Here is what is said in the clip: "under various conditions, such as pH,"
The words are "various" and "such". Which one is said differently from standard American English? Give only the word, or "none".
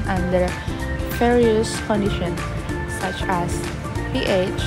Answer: various